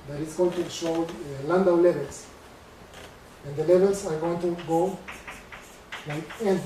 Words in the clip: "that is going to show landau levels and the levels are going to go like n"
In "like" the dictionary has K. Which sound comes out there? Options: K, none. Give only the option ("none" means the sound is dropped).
none